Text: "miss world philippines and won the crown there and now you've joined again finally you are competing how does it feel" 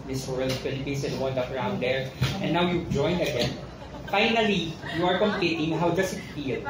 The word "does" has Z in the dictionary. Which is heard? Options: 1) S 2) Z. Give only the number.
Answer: 1